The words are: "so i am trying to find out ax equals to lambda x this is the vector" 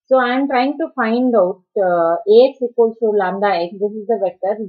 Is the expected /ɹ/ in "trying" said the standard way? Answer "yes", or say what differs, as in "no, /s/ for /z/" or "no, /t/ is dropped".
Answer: yes